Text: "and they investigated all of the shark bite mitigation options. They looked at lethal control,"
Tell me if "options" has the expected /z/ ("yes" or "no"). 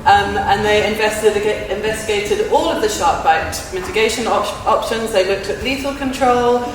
yes